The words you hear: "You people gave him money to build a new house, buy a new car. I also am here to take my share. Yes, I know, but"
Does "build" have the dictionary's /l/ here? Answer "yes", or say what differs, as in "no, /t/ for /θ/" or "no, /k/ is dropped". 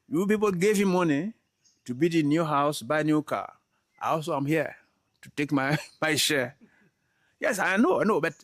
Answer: no, /l/ is dropped